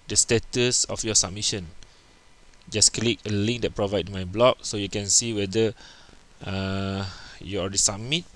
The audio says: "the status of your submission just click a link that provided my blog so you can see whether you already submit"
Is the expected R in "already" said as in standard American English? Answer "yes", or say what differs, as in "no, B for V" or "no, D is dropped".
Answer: no, L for R